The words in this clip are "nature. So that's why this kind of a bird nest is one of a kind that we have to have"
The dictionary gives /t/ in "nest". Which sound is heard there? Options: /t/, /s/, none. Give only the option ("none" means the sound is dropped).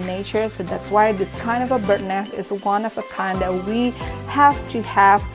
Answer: none